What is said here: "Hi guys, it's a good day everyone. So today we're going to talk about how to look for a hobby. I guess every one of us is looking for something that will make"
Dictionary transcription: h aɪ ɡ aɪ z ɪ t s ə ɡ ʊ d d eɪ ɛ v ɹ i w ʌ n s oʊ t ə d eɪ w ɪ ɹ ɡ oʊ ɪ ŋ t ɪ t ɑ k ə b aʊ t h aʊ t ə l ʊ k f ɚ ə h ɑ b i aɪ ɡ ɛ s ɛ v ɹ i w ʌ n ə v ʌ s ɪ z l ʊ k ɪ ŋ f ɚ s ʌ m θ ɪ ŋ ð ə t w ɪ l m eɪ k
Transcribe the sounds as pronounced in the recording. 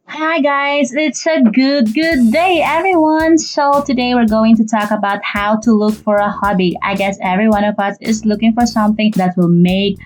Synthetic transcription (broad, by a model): h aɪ ɡ aɪ z ɪ t s ə ɡ ʊ d d eɪ ɛ v ɹ i w ʌ n s oʊ t ə d eɪ w ɪ ɹ ɡ oʊ ɪ ŋ t ɪ t ɑ k ə b aʊ t h aʊ t ə l ʊ k f ɚ ə h ɑ b i aɪ ɡ ɛ s ɛ v ɹ i w ʌ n ə v ʌ s ɪ z l ʊ k ɪ ŋ f ɚ s ʌ m θ ɪ ŋ ð ə t w ɪ l m eɪ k